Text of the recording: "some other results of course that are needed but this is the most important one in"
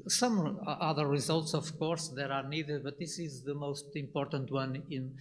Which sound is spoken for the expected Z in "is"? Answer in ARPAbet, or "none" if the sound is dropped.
Z